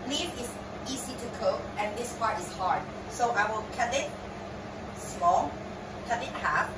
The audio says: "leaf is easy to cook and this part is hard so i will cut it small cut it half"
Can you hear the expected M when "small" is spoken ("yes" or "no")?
no